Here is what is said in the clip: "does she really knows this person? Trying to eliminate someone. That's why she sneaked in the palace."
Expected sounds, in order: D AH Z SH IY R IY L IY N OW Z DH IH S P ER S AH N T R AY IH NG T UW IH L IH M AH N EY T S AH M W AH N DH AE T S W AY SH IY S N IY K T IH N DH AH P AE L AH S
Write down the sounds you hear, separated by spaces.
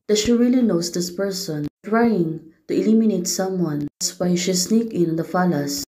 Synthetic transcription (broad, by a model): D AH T SH IY R IY L IY N OW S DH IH S P ER S AH N T R AY IH NG T UW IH L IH M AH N EY T S AH M W AH N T S W AY SH IY S N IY K IH N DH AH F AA L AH S